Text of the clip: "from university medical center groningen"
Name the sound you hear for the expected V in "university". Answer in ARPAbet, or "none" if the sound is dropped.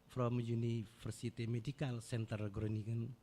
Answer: F